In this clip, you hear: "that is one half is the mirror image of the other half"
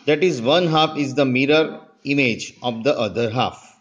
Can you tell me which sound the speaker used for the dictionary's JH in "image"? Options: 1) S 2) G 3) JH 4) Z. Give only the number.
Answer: 3